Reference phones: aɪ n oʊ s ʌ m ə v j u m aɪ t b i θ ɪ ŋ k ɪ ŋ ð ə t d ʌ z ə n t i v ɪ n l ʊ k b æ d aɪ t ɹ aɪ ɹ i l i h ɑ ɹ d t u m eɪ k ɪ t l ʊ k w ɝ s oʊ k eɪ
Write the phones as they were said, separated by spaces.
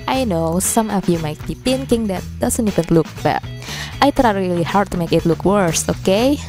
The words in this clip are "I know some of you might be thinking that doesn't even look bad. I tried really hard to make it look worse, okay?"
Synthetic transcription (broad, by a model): aɪ n oʊ s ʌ m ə f j u m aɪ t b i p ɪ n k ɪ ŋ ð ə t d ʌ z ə n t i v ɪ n l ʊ k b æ aɪ t ɹ aɪ ɹ i l i h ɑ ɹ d t u m eɪ k ɪ t l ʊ k w ɝ s oʊ k eɪ